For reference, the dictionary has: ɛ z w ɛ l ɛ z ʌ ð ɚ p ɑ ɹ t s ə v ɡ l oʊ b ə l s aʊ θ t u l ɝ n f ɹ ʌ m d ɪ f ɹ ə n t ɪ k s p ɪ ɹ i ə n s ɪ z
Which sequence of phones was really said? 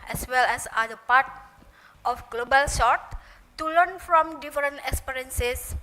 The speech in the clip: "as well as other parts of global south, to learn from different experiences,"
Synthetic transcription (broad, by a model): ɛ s w ɛ l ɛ s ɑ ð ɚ p ɑ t ə f ɡ l oʊ b ə l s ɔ t u l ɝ n f ɹ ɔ m d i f ɹ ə n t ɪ k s p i ɹ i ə n s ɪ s